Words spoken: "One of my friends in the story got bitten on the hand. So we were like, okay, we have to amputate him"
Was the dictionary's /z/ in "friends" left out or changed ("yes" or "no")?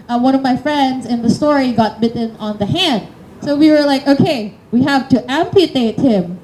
no